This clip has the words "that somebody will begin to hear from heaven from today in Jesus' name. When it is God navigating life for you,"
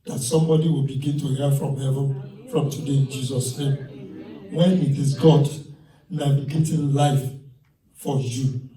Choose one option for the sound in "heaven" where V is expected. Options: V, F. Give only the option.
V